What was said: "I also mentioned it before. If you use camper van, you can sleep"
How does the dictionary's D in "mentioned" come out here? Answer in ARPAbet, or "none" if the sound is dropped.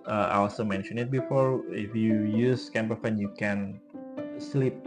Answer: none